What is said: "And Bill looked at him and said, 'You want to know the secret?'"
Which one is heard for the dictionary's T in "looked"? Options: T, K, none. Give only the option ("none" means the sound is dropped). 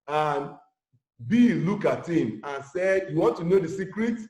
none